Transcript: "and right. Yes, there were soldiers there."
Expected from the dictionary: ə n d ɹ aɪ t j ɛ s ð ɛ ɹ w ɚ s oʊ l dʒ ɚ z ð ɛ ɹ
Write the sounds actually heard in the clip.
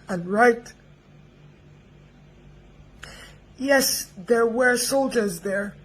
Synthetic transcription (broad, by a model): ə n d ɹ aɪ t j ɛ s ð ɛ ɹ w ɚ s oʊ l dʒ ɚ z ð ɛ ɹ